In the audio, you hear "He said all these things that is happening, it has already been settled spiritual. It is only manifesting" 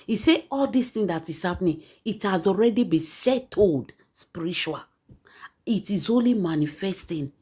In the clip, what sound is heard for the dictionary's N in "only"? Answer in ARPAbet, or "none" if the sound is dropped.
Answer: N